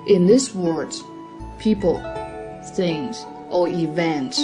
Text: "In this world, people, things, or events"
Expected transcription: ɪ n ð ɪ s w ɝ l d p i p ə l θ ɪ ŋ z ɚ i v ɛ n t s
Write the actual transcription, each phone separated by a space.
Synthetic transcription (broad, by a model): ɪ n ð ɪ s w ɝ d p i p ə l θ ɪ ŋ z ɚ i v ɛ n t